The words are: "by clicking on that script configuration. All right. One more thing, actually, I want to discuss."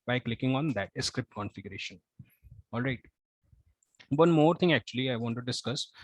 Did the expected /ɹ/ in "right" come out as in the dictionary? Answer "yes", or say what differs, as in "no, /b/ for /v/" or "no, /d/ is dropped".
yes